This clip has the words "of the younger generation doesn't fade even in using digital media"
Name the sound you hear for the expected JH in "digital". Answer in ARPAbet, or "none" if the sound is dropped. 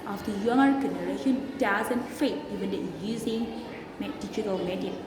CH